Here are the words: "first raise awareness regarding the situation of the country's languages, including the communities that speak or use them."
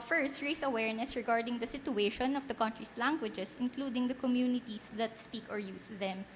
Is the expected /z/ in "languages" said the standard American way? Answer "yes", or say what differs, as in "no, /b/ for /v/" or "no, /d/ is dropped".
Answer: no, /s/ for /z/